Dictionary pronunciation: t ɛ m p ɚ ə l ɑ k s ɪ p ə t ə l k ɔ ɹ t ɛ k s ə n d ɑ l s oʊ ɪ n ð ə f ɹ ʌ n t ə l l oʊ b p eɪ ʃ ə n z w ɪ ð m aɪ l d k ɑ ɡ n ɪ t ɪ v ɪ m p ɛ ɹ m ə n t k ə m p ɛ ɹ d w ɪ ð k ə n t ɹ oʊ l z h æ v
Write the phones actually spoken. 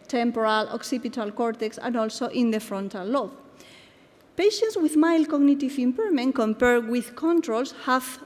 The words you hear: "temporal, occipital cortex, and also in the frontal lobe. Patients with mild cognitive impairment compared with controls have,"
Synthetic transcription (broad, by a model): t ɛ m p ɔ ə l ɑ k s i p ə t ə l k ɔ ɹ t ɛ k s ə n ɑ l s oʊ ɪ n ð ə f ɹ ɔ n t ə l l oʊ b p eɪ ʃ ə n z w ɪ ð m aɪ l k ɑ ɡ n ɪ t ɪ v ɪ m p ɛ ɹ m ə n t k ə m p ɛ ɹ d w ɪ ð k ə n t ɹ oʊ l s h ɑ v